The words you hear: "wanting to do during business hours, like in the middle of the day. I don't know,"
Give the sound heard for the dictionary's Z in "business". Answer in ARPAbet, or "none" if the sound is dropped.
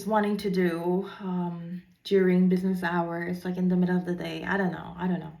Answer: Z